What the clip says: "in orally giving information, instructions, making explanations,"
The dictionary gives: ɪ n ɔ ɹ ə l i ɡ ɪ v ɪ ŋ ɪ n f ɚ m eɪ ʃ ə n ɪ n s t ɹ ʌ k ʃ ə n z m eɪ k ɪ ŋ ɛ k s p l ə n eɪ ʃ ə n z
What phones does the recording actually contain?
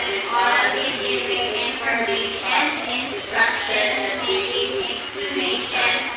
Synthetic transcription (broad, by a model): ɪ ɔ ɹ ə i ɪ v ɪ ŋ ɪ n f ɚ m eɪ ə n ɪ n s t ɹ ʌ k ʃ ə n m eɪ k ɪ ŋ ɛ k s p l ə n eɪ ʃ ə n